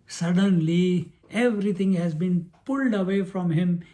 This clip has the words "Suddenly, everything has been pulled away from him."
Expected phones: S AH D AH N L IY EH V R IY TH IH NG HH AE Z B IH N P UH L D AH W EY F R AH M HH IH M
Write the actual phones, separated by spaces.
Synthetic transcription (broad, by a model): S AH D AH N L IY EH V R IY T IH NG HH AE Z B IH N P UH L D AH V EY F R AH M HH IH M